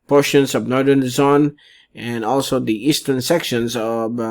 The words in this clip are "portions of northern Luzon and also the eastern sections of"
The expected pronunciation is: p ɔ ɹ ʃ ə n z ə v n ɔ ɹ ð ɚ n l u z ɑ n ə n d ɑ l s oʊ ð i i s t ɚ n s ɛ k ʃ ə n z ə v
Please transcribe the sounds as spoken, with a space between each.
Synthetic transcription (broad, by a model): p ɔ ɹ ʃ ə n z ə v n ɔ ɹ ð ɚ n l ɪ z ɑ n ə n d ɑ l s oʊ ð i i s t ɚ n s ɛ k ʃ ə n z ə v